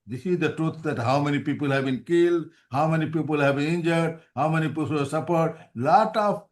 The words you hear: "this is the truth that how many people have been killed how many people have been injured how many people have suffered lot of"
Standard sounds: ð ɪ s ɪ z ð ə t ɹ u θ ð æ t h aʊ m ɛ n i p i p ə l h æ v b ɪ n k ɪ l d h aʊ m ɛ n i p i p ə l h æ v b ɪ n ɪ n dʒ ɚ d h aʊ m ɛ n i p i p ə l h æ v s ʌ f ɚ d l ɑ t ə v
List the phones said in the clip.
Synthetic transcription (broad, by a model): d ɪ s ɪ z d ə t ɹ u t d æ t h aʊ m ɛ n i p i p ə l h æ v b ɪ n k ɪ l d h aʊ m ɛ n i p i p ə l h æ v b ɪ n ɪ n dʒ ɚ d h aʊ m ɛ n i p i p ə l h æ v s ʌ p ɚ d l ɑ t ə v